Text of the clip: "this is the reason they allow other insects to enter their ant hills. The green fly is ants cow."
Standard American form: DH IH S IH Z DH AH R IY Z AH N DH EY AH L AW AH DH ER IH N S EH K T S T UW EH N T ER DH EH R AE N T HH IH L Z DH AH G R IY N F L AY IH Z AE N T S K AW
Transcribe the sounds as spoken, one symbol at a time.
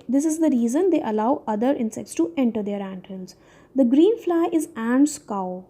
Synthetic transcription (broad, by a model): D IH S IH Z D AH R IY Z AH N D EY AH L AW AH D ER IH N S EH K T S T UW EH N T ER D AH R AE N T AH N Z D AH G R IY N F L AY IH Z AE N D S K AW